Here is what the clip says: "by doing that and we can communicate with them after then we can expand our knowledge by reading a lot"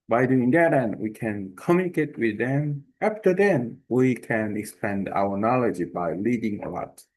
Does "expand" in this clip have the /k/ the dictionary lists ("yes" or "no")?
yes